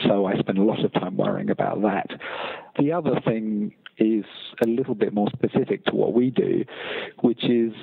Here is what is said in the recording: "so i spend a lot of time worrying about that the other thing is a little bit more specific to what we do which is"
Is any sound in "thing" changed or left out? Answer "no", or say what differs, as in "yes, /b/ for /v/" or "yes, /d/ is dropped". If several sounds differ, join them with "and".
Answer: no